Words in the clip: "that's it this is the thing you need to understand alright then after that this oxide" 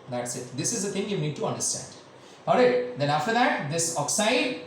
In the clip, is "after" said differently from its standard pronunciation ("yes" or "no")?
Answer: no